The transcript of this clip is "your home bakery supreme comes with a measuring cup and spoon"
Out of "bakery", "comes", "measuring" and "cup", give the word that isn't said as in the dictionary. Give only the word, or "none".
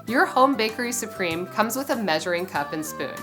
none